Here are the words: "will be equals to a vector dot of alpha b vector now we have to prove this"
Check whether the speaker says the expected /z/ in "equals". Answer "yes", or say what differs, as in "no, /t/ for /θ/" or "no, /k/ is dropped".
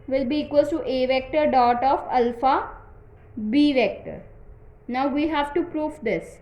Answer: no, /z/ is dropped